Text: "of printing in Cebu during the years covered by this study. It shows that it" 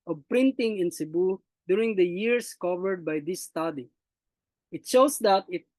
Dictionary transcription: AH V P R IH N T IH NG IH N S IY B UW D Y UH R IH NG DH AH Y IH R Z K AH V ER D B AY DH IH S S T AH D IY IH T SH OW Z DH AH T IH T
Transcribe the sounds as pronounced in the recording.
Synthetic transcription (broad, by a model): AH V P R IH N T IH NG IH N S IY B UW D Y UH R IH NG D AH Y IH R S K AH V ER D B AY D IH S S T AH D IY IH T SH OW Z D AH T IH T